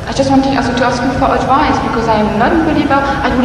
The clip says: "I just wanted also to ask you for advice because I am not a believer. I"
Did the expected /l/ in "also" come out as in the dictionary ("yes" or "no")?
no